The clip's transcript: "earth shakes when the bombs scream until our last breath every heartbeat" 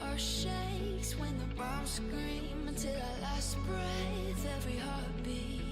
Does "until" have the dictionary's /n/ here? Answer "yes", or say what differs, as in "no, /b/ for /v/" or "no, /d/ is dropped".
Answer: yes